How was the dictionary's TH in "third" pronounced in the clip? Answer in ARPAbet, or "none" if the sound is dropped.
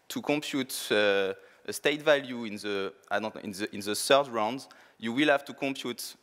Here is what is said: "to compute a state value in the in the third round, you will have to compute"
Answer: S